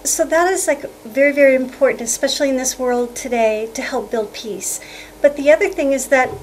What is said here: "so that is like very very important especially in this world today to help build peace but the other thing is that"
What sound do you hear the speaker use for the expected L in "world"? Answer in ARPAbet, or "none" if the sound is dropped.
L